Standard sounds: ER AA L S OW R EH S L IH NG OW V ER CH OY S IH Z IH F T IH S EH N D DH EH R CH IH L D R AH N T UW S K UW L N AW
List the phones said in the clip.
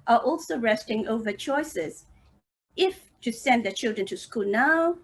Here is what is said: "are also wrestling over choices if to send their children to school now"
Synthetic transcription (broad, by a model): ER AA L S OW R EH S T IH NG OW V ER CH OY S IH Z IH F T IH S EH N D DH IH CH IH L D R AH N T UW S K UW L N AW